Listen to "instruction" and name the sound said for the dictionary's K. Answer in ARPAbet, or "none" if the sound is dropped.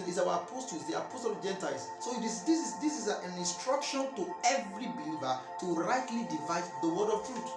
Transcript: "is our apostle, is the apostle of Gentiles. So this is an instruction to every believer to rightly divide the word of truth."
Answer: K